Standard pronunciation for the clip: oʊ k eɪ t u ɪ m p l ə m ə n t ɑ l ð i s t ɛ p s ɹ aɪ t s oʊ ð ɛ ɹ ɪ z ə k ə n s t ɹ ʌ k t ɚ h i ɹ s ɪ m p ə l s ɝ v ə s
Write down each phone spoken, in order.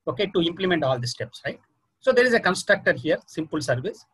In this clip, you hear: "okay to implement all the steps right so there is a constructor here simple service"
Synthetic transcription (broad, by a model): oʊ k eɪ t u ɪ m p l ə m ə n t ɑ l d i s t ɛ p s ɹ aɪ t s oʊ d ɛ ɹ ɪ z ə k ə n s t ɹ ʌ k t ɚ h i ɹ s ɪ m p ə l s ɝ v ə s